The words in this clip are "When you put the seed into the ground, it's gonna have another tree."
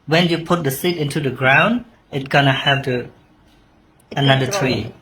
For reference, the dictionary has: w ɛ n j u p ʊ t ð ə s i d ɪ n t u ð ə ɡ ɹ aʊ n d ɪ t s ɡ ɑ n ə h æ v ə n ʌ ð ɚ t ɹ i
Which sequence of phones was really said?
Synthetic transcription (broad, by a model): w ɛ n j u p ʊ t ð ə s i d ɪ n t u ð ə ɡ ɹ aʊ n d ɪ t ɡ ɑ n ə h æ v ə n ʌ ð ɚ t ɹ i